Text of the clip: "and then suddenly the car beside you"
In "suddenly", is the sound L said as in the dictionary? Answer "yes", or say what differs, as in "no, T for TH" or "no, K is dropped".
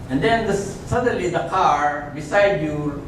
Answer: yes